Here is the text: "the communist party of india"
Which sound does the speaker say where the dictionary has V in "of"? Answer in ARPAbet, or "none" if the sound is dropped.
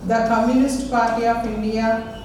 P